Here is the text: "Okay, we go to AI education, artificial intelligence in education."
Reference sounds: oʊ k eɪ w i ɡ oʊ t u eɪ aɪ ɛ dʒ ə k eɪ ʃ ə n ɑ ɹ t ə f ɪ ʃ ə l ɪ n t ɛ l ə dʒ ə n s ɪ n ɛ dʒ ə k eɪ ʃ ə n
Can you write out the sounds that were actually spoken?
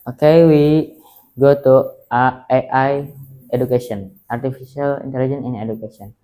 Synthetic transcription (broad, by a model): oʊ k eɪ w i ɡ oʊ t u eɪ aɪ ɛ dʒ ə k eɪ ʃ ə n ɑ ɹ t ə f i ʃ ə l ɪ n t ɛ l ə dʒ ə n ɪ n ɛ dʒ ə k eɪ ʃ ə n